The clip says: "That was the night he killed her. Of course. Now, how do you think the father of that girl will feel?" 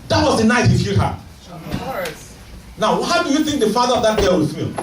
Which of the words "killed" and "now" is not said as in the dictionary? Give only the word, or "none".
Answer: killed